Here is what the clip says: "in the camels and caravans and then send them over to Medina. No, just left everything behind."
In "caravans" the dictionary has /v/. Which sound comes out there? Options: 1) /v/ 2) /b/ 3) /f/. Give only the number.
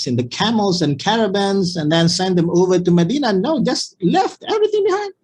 2